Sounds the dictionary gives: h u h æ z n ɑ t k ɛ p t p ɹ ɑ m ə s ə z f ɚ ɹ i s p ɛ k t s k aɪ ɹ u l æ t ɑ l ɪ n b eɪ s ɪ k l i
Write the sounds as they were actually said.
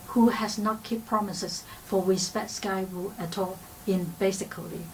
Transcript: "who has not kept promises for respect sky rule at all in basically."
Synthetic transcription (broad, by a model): h u h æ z n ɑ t k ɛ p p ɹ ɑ m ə s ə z f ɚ w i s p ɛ t s k aɪ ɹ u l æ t ɑ l ɪ n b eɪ s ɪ k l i